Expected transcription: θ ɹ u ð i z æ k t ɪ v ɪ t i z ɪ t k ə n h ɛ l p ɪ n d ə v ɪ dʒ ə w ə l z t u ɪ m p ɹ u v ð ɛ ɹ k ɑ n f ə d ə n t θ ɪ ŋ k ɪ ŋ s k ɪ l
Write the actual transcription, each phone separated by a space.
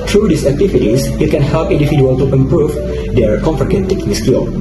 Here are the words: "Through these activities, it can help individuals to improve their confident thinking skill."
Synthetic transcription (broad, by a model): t ɹ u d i s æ k t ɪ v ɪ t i s ɪ t k ə n h ɛ l p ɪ n d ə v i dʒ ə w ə l t u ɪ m p ɹ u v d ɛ ɹ k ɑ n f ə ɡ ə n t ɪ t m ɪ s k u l